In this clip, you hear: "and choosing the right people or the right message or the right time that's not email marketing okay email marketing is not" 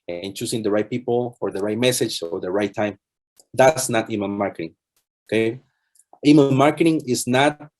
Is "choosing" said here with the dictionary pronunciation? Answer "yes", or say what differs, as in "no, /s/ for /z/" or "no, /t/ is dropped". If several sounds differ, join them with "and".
no, /s/ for /z/